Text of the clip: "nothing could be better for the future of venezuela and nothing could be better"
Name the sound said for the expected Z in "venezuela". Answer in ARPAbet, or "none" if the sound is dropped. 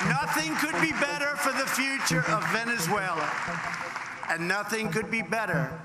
Z